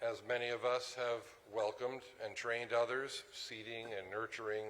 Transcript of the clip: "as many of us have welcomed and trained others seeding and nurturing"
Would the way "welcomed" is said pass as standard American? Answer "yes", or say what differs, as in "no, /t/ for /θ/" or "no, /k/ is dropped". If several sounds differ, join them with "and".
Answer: yes